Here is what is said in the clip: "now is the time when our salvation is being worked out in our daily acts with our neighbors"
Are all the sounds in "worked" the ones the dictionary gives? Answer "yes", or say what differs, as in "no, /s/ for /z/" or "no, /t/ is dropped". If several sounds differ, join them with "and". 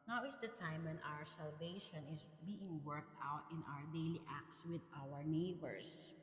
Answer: yes